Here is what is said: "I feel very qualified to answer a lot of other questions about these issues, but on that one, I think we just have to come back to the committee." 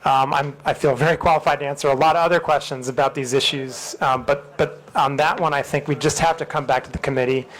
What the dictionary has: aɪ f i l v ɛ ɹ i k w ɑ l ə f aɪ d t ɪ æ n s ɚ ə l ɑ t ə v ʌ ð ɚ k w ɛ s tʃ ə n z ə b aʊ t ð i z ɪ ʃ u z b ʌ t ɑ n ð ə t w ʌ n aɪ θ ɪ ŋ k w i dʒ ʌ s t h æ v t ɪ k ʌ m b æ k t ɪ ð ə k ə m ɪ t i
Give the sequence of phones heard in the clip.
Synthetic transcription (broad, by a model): aɪ f i l v ɛ ɹ i k w ɑ l ə f aɪ d t ɪ æ n s ɚ ə l ɑ t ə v ʌ ð ɚ k w ɛ s tʃ ə n z ə b aʊ t ð i z ɪ ʃ u z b ʌ t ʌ n ð ə t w ʌ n aɪ θ ɪ ŋ k w i dʒ ʌ s t h æ f t ɪ k ʌ m b æ k t ɪ ð ə k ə m ɪ t i